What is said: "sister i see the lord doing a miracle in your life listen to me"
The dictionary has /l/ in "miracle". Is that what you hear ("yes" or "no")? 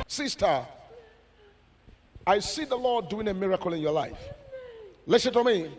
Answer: yes